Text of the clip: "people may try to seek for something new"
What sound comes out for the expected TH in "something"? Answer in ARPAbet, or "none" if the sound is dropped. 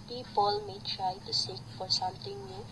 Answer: T